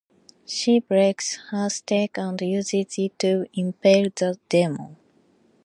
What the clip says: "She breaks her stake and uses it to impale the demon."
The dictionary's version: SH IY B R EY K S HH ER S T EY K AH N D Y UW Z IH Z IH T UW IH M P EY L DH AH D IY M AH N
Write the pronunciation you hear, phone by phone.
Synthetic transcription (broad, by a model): SH IY B R EY K S HH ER S T EY K AH N D Y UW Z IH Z IH T UW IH M P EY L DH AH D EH M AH